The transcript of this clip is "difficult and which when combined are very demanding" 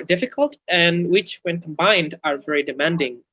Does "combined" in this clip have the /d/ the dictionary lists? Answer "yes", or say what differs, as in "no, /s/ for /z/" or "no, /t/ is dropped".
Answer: yes